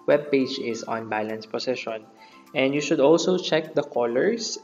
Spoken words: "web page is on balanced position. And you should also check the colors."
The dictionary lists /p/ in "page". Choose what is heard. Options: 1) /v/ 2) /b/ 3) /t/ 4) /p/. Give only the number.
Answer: 4